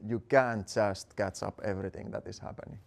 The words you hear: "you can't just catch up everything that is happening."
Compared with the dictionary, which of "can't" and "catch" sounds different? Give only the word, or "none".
none